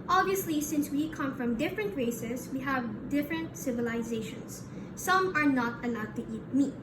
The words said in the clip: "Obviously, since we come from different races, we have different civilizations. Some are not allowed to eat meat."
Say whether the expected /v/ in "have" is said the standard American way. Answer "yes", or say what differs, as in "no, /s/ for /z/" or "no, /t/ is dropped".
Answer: yes